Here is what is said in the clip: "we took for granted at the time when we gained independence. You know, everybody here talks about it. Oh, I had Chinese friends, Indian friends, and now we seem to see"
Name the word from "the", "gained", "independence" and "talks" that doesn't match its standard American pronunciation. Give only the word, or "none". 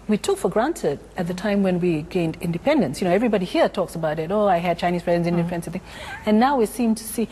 none